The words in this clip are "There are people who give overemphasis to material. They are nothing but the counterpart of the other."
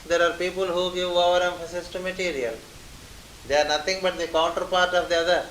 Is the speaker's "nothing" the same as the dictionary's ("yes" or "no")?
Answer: no